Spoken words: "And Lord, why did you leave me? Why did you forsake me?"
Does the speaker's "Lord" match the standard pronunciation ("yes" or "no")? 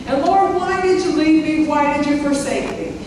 yes